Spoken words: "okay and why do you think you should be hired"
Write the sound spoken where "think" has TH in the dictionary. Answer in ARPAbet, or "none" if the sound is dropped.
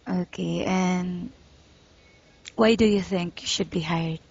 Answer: TH